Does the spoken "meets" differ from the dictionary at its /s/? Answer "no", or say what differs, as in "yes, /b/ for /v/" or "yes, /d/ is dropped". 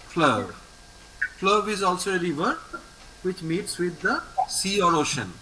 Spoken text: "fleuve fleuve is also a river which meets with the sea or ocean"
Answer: no